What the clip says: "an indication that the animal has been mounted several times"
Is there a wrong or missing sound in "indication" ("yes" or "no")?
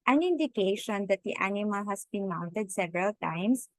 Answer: no